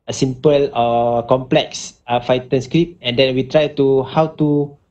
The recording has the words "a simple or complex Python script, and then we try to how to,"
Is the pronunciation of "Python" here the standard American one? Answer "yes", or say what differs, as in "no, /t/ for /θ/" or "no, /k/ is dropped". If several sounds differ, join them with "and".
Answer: no, /f/ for /p/ and /t/ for /θ/